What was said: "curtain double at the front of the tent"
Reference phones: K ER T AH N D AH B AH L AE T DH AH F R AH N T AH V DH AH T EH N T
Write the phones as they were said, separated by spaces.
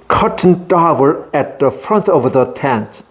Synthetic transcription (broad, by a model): K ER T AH N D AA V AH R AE T DH AH F R AH N T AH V DH AH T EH N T